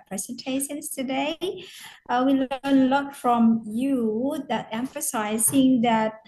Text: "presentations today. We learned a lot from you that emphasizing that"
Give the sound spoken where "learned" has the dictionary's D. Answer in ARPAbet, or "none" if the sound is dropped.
none